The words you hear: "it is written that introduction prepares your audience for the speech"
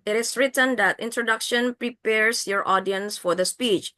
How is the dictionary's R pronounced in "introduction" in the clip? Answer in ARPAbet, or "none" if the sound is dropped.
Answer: R